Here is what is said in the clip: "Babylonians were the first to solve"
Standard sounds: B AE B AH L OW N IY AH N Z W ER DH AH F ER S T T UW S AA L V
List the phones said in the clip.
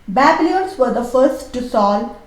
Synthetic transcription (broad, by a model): B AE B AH L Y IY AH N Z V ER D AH F ER S T T UW S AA L